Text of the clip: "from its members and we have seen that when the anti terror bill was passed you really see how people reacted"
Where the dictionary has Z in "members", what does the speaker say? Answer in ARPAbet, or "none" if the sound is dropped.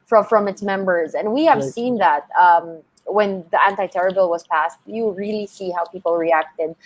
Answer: Z